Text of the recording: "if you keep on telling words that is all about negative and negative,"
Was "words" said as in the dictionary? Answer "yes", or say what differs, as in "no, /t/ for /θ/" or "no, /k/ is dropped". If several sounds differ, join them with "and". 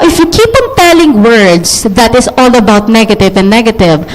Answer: no, /s/ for /z/